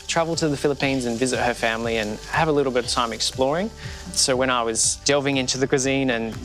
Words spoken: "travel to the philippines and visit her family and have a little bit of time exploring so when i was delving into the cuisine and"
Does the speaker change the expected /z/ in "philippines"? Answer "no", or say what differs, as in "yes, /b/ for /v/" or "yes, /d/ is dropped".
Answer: no